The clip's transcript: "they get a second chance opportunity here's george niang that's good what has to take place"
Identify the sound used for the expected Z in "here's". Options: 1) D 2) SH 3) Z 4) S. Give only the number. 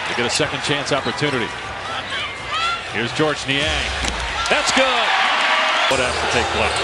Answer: 3